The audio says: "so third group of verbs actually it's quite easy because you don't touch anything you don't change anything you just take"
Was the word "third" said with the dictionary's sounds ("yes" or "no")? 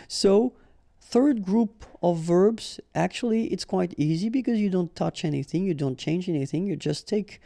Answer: yes